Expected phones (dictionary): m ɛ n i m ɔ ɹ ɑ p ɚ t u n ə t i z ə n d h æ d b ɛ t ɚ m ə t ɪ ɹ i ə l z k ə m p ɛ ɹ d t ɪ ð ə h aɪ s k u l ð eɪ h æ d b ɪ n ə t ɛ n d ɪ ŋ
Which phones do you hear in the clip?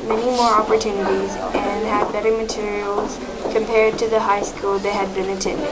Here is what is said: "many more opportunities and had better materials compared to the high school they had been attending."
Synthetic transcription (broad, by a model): m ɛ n i m ɔ ɹ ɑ p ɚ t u n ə t i z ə n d h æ d b ɛ t ɚ m ə t ɪ ɹ i ə l z k ə m p ɛ ɹ d t ɪ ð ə h aɪ s k u l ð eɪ h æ d b ɪ n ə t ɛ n